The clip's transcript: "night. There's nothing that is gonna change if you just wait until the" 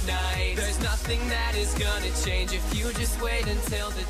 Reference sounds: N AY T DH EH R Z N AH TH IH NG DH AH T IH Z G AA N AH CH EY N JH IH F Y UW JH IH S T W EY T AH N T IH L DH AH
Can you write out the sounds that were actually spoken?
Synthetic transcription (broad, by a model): N AY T DH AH R Z N AH TH IH NG DH AH T IH Z G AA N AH CH EY N JH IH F Y UW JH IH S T W EY T AH N T IH L DH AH